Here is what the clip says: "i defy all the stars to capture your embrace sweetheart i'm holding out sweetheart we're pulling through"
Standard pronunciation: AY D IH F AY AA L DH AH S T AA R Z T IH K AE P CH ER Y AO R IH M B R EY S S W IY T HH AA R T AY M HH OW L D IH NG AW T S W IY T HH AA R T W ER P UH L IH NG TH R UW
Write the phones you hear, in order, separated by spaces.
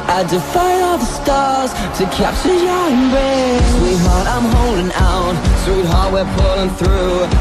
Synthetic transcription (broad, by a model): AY D IH F AY AA L DH AH S T AA R Z T IH K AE P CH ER Y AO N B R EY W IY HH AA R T AY M HH OW L D IH NG AW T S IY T HH AA R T W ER P UH L IH NG TH R UW